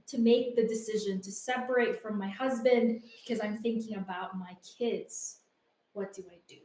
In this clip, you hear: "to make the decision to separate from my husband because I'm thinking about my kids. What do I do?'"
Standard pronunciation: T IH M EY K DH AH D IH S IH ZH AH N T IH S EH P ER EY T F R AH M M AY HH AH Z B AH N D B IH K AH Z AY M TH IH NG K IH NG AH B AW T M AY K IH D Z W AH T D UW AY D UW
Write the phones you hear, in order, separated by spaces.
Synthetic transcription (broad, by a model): T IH M EY K DH AH D IH S IH ZH AH N T IH S EH P ER EY T F R AH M M AY HH AH Z B AH N D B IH K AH Z AY M TH IH NG K IH NG AH B AW T M AY K IH D Z W AH T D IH AY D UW